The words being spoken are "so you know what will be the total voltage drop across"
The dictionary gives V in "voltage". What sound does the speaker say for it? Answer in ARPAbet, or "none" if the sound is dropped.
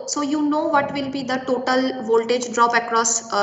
V